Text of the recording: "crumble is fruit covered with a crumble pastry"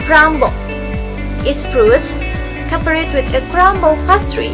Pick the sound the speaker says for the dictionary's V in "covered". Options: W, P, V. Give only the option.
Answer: P